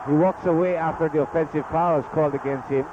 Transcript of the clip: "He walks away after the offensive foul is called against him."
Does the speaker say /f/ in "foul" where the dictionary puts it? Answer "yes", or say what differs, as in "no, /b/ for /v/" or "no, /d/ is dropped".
no, /p/ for /f/